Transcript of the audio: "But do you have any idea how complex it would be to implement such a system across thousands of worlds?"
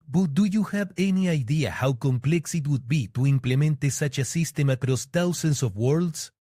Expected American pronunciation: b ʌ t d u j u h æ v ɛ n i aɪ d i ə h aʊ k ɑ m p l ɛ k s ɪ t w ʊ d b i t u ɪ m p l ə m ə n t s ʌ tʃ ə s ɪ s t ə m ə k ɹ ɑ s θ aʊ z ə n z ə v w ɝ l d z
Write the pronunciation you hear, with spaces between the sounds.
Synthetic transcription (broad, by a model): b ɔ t d u j u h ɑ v ɛ n i aɪ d i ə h aʊ k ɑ m p l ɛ k s ɪ t w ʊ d b i t u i m p l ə m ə n t s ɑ tʃ ə s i s t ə m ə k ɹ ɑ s t aʊ s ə n s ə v w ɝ l d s